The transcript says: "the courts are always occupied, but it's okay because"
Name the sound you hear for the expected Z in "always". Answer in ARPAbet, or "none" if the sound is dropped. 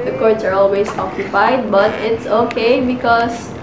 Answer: S